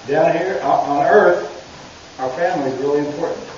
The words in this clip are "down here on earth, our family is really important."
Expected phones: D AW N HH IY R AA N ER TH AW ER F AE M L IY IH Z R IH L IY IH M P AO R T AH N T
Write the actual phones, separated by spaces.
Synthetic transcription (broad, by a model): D AW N HH IY R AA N ER TH AW ER F AE M L IY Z R IH L IY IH M P AO R T N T